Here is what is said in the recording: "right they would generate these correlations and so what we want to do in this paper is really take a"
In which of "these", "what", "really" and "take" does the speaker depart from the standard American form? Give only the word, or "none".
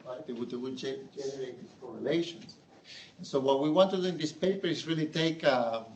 these